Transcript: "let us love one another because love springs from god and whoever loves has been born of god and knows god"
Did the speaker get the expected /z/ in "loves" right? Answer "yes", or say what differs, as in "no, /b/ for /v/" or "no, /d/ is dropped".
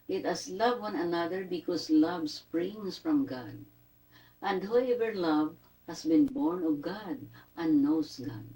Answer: no, /z/ is dropped